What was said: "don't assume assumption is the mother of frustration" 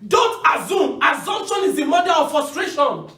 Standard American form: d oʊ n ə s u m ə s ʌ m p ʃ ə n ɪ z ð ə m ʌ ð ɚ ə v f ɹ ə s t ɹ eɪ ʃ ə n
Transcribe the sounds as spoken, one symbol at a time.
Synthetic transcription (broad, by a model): d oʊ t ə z u m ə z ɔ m ʃ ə n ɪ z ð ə m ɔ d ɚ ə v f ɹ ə s t ɹ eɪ ʃ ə n